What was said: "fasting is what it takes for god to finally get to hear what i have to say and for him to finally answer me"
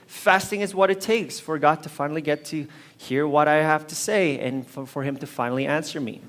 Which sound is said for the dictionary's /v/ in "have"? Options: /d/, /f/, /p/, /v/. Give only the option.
/f/